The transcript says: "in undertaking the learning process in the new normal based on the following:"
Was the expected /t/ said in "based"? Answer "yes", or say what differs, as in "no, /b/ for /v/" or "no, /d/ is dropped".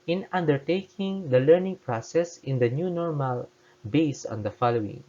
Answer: no, /t/ is dropped